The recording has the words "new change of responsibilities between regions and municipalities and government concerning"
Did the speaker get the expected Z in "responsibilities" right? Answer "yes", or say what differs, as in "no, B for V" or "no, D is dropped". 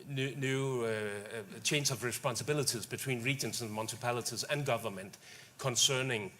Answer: yes